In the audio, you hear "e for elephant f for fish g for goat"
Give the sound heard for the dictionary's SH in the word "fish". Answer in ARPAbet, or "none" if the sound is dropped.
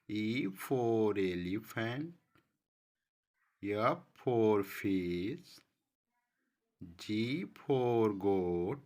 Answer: S